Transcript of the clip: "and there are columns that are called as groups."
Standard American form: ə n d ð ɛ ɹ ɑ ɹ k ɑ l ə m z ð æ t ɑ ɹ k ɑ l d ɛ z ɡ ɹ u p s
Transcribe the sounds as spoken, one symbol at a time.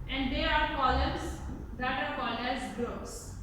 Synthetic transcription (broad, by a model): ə n d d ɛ ɹ ɑ ɹ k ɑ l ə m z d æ t ɑ ɹ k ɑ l ɛ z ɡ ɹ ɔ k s